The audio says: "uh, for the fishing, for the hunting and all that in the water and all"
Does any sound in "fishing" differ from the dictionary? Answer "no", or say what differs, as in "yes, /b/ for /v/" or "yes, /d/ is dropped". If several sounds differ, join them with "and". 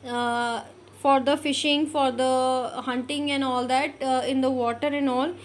no